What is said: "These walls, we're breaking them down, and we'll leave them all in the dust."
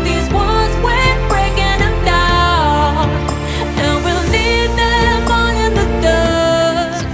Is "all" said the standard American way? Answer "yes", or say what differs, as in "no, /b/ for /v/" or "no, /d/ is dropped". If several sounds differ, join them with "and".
no, /n/ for /l/